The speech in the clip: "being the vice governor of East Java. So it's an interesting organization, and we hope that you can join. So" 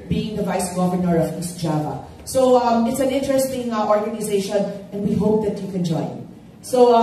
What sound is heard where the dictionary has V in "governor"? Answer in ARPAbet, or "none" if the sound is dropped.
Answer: V